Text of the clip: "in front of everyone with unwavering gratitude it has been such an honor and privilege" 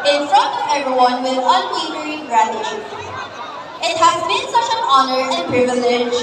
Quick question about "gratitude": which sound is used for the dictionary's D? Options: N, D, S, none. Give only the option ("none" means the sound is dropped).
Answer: none